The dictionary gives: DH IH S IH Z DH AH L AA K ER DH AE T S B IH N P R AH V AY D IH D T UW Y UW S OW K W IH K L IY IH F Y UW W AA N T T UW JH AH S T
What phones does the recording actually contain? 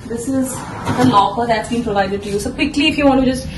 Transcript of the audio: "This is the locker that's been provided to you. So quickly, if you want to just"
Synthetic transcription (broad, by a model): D IH S IH Z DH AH N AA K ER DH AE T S B IH N P R AH V AY D IH D T UW Y UW S OW K W IH K L IY IH F Y UW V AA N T T UW JH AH S T